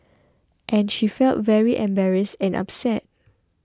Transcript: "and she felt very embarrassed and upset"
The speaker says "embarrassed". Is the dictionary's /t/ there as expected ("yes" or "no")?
no